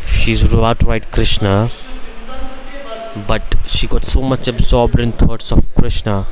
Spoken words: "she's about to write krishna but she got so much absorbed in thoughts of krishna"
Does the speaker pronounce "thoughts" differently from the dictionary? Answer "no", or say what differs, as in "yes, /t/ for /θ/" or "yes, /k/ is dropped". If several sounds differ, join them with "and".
yes, /t/ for /θ/